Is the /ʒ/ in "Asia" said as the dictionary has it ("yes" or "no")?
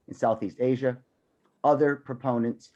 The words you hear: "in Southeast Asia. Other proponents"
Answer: yes